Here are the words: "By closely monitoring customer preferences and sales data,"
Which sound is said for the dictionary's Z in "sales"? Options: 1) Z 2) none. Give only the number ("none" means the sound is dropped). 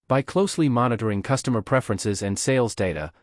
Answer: 1